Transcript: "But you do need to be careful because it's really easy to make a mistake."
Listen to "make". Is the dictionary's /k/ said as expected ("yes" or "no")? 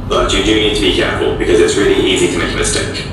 no